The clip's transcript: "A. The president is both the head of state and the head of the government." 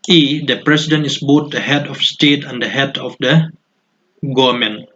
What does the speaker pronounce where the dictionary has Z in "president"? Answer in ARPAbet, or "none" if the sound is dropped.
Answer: S